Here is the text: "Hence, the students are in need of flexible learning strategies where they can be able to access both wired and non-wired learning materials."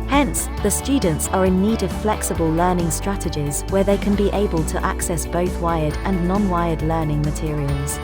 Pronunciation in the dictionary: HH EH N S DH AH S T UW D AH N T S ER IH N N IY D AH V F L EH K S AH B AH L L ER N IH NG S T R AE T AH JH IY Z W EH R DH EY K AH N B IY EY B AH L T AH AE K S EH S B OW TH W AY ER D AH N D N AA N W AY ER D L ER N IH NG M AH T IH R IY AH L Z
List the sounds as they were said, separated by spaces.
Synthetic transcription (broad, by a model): HH EH N S DH AH S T UW D N T S ER IH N N IY D AH V F L EH K S AH B AH L L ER N IH NG S T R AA T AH JH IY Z W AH DH EY K AH N B IY EY B AH L T AH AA K S EH S B OW TH W AY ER D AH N N AA N W AY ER D L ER N IH NG M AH T IH R IY AH L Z